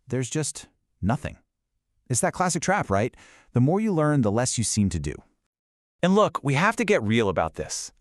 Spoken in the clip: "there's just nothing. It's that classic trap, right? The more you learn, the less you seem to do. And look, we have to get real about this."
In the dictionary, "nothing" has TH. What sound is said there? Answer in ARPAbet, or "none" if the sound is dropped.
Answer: TH